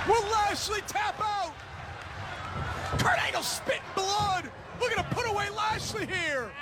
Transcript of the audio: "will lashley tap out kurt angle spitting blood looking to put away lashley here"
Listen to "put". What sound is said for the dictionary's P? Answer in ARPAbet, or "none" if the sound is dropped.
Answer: P